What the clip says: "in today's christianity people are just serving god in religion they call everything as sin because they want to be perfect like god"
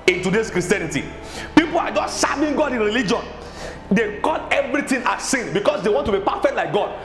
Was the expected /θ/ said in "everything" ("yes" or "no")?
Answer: no